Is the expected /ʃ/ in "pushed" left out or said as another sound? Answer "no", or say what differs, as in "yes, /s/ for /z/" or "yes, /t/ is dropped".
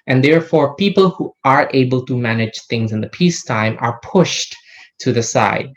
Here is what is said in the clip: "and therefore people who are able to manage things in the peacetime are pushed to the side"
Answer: no